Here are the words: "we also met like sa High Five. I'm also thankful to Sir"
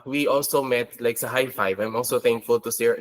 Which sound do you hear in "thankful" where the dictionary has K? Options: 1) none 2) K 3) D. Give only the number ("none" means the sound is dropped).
2